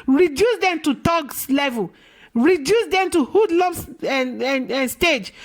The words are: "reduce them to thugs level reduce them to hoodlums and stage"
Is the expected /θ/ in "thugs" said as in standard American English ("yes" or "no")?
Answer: no